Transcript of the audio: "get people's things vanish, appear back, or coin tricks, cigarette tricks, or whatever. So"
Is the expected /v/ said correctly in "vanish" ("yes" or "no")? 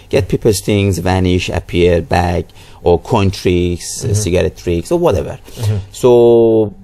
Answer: yes